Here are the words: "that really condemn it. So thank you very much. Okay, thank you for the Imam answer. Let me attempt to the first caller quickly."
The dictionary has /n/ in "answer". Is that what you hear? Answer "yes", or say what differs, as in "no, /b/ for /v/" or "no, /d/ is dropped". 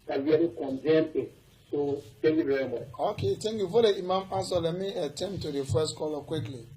no, /n/ is dropped